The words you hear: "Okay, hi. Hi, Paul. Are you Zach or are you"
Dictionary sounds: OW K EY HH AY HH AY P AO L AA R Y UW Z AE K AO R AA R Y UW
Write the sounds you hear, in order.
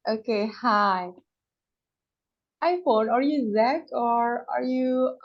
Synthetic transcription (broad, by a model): OW K EY HH AY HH AY F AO N AA R Y UW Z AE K AO R AA R Y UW